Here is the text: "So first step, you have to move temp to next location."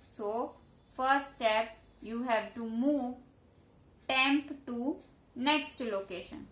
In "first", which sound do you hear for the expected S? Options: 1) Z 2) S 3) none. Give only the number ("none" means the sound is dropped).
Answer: 3